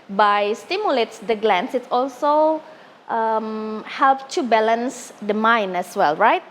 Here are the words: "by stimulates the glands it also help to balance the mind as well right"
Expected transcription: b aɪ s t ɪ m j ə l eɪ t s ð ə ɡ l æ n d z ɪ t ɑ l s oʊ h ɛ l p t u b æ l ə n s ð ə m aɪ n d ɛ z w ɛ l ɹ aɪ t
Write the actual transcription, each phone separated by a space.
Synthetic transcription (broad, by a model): b aɪ s t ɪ m j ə l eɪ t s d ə ɡ l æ n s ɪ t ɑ l s oʊ h ɛ l p t u b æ l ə n s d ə m aɪ n ɛ s w ɛ l ɹ aɪ t